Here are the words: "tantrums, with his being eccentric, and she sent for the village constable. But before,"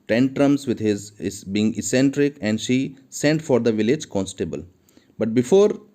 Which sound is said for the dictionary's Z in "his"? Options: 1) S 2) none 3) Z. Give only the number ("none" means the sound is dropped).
3